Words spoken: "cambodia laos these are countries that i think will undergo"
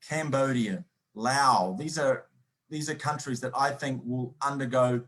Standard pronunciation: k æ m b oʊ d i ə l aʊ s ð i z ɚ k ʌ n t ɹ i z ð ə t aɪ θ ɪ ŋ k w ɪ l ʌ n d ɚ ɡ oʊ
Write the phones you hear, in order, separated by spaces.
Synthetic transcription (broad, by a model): k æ m b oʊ d i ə l aʊ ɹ ð i z ɚ k ʌ n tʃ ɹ i z ð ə t aɪ θ ɪ ŋ k w ɪ l ʌ n d ɚ ɡ oʊ